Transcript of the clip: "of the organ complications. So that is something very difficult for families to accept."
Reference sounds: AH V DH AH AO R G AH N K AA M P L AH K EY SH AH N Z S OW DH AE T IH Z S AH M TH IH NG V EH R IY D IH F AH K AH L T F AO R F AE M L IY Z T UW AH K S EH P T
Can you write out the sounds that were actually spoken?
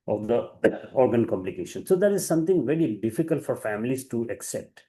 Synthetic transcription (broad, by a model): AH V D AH AO R G AH N K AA M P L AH K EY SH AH N S OW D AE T IH Z S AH M T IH NG V EH R IY D IH F AH K AH L T F AO R F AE M L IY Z T UW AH K S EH P T